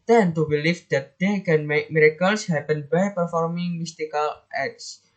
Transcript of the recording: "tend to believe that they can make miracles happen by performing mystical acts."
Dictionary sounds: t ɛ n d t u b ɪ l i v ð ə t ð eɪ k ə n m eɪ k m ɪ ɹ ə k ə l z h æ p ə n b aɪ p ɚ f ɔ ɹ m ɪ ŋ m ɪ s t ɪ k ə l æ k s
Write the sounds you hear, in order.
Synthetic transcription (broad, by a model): t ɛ n t u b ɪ l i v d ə t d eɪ k ə n m eɪ k m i ɹ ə k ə l s h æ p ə n b aɪ p ɚ f ɔ ɹ m ɪ ŋ m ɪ s t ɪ k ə l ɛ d s